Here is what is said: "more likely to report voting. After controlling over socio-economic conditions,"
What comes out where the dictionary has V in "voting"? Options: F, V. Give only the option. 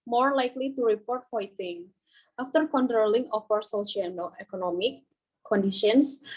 F